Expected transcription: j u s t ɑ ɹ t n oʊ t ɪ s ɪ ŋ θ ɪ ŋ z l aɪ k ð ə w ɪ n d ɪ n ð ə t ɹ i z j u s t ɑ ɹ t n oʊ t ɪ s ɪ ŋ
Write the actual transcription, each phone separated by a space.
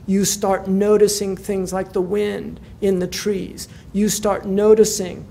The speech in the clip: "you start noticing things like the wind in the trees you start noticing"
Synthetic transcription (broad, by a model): j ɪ s t ɑ ɹ t n oʊ t ɪ s ɪ ŋ θ ɪ ŋ z l aɪ k ð ə w ɪ n d ɪ n ð ə t ɹ i z j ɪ s t ɑ ɹ t n oʊ t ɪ s ɪ ŋ